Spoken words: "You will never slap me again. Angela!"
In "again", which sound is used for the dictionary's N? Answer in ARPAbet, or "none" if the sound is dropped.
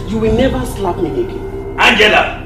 none